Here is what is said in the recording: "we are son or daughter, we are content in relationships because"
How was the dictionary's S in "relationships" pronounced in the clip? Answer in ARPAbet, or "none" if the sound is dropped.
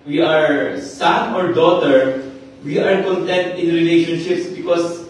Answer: S